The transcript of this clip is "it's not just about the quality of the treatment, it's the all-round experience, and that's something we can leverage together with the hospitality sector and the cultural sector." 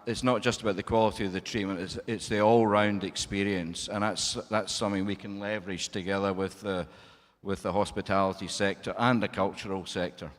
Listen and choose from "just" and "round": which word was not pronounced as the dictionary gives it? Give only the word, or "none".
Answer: none